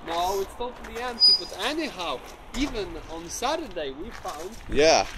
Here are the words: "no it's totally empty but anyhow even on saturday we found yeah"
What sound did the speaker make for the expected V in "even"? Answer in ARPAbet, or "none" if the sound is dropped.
V